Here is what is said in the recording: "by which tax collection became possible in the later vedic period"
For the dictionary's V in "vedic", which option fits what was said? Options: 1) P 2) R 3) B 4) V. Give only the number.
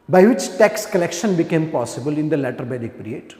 3